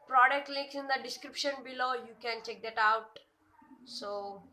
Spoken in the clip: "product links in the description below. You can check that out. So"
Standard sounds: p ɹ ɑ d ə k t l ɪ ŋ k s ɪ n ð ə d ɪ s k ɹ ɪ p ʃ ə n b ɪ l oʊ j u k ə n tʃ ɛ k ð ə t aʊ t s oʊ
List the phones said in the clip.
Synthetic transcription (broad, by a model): p ɹ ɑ d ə k t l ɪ k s ɪ n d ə d ɪ s k ɹ ɪ p ʃ ə n b ɪ l oʊ j u k ə n tʃ ɛ k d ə t aʊ t s oʊ